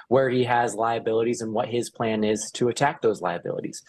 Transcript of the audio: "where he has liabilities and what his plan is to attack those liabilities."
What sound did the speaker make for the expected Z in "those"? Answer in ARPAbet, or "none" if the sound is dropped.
Z